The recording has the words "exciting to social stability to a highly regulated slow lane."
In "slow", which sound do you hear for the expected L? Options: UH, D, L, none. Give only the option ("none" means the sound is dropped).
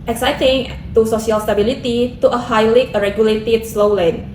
L